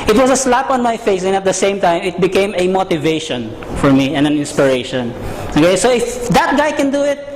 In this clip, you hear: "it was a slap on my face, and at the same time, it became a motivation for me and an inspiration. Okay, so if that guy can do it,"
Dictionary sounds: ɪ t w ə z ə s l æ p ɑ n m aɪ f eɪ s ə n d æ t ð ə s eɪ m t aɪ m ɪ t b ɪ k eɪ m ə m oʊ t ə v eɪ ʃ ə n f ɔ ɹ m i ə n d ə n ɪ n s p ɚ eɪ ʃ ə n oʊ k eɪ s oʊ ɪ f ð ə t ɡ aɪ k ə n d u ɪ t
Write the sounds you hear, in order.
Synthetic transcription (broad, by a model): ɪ t w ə s ə s l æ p ɑ n m aɪ f eɪ s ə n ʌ t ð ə s eɪ m t aɪ m ɪ t b ɪ k eɪ m ə m oʊ t ə v eɪ ʃ ə n f ɔ ɹ m i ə n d ə n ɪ n s p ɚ eɪ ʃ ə n oʊ k eɪ s oʊ ɪ f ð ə t ɡ aɪ k ə n d u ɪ t